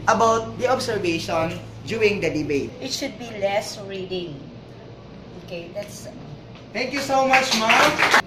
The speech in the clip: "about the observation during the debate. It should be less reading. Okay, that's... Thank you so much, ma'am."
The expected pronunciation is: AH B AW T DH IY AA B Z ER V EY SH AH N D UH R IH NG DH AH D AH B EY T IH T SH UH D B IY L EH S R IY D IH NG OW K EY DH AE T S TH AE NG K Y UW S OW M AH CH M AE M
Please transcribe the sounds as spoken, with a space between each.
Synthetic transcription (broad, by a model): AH B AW T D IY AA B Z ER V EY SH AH N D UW IH NG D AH D AH B EY T IH T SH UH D B IY L EH S R IY D IH NG OW K EY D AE T S T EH NG K Y UW S OW M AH CH M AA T